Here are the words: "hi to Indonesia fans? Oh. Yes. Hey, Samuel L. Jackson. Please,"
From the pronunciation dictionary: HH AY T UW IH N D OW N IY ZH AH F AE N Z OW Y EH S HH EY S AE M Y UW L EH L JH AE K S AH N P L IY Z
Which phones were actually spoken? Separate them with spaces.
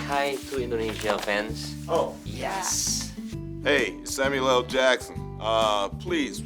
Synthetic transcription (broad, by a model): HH AY T UW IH N D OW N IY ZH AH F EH N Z OW Y EH S HH EY S AE M Y UW L EH L JH AE K S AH N P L IY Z